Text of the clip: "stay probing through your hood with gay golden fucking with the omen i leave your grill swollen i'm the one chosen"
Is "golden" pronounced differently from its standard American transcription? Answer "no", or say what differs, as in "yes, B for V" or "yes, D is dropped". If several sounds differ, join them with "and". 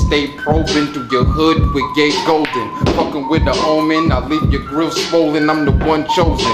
no